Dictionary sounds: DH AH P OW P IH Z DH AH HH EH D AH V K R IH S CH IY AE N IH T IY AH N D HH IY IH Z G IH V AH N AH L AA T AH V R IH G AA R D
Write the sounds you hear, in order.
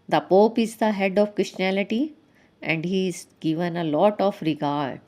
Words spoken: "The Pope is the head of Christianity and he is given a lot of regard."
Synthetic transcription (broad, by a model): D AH P OW P IH Z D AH HH EH D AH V K R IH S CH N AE L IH T IY AH N D HH IY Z G IH V AH N AH L AA T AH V R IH G AA R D